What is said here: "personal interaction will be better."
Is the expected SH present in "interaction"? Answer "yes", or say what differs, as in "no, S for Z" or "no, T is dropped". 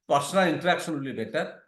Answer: no, S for SH